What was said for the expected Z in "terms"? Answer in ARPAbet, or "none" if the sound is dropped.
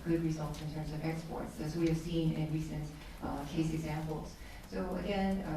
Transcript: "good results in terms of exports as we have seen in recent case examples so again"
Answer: Z